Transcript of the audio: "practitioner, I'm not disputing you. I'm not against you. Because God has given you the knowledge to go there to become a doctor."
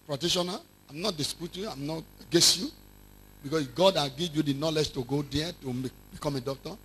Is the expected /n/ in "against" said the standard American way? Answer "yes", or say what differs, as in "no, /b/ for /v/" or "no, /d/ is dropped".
no, /n/ is dropped